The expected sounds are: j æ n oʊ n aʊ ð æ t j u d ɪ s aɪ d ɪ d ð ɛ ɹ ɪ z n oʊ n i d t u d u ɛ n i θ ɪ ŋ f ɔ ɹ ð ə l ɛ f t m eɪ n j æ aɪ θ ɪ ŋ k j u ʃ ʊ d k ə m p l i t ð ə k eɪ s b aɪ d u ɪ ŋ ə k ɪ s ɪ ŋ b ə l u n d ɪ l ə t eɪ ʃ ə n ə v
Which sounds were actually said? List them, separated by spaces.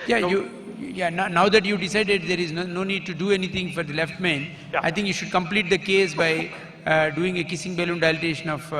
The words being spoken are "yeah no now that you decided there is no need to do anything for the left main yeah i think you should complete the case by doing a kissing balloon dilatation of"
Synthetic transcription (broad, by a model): j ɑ n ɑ n aʊ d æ t j u d ɪ s aɪ d ɪ d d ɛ ɹ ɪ z n oʊ n i d t u d u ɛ n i t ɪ ŋ f ɔ ɹ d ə l ɛ f t m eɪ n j aɪ t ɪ ŋ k j u ʃ ʊ d k ə m p l i t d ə k eɪ s b aɪ d u ɪ ŋ ə k ɪ s ɪ ŋ b ə l u n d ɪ l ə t eɪ ʃ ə n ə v